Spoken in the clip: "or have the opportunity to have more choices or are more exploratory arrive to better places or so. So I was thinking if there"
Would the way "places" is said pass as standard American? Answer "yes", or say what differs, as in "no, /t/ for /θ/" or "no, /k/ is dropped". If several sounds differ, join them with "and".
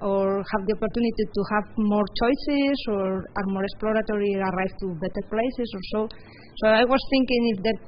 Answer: no, /s/ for /z/